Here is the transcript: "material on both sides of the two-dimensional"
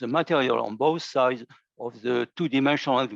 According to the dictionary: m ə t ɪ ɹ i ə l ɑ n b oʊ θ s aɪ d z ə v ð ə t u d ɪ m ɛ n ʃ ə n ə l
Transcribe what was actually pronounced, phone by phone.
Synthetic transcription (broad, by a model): m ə t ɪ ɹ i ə l ɑ n b oʊ θ s aɪ d z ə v ð ə t u d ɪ m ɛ n ʃ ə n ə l